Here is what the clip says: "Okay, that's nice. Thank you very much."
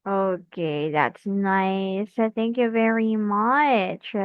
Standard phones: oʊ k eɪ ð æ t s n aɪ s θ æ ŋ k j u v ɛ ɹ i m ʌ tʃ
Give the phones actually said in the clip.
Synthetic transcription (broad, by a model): oʊ k eɪ ð æ t s n aɪ s θ æ ŋ k j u v ɛ ɹ i m ʌ tʃ